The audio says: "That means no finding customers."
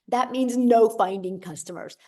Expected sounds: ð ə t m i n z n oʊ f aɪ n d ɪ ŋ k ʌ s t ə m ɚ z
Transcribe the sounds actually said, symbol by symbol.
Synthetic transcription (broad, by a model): ð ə t m i n z n oʊ f aɪ n d ɪ ŋ k ʌ s t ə m ɚ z